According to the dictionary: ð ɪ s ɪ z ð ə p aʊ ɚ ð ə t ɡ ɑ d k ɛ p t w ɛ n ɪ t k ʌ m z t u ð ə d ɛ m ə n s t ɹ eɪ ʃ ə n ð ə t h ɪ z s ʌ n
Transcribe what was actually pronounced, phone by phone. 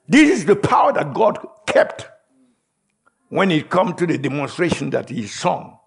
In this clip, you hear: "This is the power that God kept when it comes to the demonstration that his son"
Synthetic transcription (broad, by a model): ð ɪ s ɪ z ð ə p aʊ ɚ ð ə t ɡ ɑ d k ɛ p t w ɛ n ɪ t k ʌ m t u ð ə d ɛ m ə n s t ɹ eɪ ʃ ə n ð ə t h ɪ z s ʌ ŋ